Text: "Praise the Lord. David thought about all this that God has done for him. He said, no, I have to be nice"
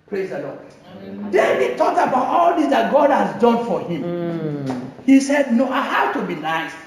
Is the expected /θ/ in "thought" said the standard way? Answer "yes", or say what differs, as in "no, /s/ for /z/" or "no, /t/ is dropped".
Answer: no, /t/ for /θ/